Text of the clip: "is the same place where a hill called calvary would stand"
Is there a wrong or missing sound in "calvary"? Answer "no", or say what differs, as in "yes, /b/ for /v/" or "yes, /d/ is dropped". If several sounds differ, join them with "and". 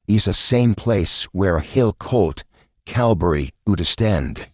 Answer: yes, /b/ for /v/